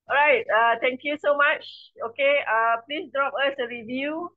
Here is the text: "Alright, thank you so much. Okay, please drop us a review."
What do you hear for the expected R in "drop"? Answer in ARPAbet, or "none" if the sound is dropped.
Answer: R